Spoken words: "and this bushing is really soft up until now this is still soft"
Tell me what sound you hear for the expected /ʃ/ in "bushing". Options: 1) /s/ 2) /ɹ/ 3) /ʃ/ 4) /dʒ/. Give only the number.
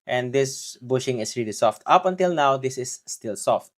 3